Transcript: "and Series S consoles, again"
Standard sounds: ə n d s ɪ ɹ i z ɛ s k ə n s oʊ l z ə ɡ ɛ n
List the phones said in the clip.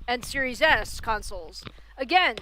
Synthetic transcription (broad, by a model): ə n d s ɪ ɹ i z ɛ s k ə n s l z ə ɡ ɛ n